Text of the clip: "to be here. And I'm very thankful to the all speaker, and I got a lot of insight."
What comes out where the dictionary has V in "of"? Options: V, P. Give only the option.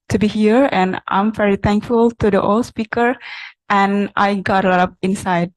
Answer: P